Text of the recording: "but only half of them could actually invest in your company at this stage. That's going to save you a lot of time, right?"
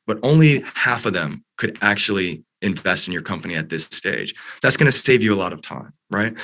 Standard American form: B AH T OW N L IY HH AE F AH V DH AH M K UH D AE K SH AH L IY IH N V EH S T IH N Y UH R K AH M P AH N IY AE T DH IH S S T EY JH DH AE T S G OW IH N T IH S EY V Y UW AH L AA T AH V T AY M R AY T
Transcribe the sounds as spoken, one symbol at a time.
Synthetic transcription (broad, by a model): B AH T OW N L IY HH AE F AH V DH AH M K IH D AE K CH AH L IY IH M V EH S T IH N Y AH R K AH M P AH N IY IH T DH IH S S T EY JH DH AE T S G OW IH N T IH S EY V Y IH AH L AA T AH V T AY M R AY T